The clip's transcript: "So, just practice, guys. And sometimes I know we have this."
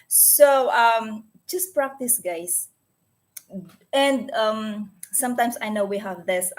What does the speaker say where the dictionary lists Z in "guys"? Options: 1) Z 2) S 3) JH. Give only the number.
2